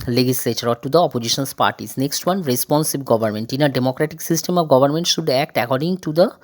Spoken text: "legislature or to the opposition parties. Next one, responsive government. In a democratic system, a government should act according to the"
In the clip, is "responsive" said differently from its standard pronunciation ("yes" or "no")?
yes